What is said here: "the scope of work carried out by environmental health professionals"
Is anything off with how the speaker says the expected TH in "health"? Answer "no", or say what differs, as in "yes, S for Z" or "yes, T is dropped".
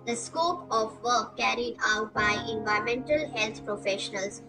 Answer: yes, T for TH